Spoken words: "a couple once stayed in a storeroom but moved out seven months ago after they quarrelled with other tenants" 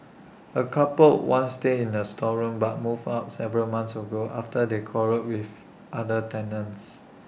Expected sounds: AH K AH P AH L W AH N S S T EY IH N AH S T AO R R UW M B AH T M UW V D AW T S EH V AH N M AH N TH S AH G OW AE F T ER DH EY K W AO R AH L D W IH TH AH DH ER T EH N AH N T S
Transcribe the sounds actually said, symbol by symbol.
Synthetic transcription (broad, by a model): AH K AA P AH L W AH N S S T EY IH N AH S T AO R R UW M B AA T M UW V AW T S EH V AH L M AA N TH S AH G OW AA F T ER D EY K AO R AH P W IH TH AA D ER T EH N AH N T S